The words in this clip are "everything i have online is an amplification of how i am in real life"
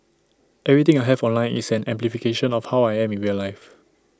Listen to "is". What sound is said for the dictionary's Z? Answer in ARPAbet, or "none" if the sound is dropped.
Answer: S